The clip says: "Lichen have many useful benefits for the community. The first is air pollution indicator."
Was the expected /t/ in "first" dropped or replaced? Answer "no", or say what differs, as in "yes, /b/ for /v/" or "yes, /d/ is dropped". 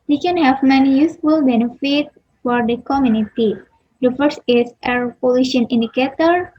yes, /t/ is dropped